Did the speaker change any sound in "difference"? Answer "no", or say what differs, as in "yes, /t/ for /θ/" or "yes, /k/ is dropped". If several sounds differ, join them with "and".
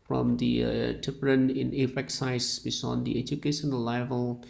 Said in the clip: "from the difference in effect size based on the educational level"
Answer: yes, /p/ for /f/ and /s/ is dropped